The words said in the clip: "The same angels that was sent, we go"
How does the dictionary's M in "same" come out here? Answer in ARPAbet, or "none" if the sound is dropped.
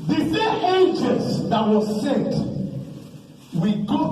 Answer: none